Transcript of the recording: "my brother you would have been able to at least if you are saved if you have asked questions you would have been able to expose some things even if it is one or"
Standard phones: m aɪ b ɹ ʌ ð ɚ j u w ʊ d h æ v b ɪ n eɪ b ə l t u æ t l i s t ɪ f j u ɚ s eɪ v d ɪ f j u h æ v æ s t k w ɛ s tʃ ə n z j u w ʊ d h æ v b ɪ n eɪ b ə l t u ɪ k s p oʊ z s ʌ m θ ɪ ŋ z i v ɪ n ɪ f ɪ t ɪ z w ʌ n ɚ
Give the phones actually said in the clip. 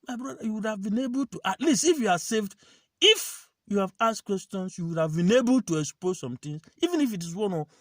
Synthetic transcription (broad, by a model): m aɪ b ɹ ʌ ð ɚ j u w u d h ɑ v b ɪ n eɪ b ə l t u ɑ t l i s t ɪ f j u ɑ s eɪ v d ɪ f j u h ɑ v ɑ s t k w ɛ s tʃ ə n s j u w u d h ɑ v b ɪ n eɪ b ə l t u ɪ k s p oʊ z s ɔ m t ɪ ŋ s i v ɪ n ɪ f ɪ t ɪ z w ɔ n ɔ